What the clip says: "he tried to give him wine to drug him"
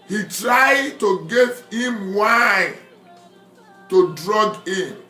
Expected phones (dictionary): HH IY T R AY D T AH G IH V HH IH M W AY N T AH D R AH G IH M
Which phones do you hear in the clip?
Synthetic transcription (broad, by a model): HH IY T R AY D T AH G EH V HH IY M W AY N T AH D R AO G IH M